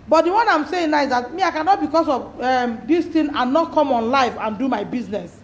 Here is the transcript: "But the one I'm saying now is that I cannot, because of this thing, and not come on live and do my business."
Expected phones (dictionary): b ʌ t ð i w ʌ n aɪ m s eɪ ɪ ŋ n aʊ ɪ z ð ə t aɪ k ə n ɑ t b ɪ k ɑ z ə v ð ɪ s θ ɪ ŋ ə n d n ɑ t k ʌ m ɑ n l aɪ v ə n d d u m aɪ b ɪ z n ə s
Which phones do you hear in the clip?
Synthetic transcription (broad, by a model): b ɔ t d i w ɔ n aɪ m s eɪ ɪ ŋ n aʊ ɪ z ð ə t aɪ k ə n ɑ t b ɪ k ɑ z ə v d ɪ s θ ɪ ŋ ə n n ɑ t k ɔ m ɑ n l aɪ f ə n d d u m aɪ b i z n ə s